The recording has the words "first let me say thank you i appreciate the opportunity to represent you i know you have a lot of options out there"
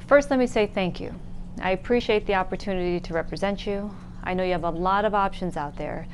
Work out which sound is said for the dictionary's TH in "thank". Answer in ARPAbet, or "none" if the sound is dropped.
TH